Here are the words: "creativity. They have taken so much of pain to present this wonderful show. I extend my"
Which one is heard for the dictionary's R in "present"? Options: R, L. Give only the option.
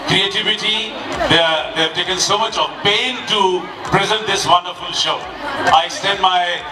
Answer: R